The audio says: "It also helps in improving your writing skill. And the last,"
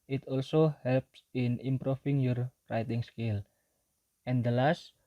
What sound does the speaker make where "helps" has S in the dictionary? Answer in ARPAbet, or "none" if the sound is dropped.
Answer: S